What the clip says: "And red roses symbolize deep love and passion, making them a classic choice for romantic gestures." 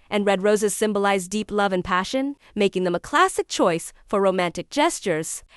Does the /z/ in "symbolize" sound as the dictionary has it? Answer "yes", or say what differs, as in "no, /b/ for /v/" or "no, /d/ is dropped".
yes